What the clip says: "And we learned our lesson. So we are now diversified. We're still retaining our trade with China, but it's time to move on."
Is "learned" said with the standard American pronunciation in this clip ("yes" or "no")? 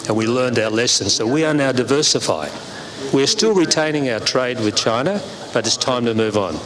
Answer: yes